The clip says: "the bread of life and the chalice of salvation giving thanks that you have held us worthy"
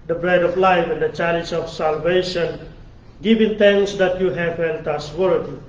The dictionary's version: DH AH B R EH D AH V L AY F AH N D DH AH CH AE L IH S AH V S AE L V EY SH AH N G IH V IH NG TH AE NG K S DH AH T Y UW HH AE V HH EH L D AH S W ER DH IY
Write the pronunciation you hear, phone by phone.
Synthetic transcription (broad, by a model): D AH B R EH D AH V L AY F AH N D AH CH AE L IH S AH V S AE L V EY SH AH N G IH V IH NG T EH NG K S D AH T Y UW HH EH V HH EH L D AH S W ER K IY